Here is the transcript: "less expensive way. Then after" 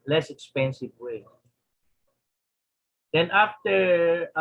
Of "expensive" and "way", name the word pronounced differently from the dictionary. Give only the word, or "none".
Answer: none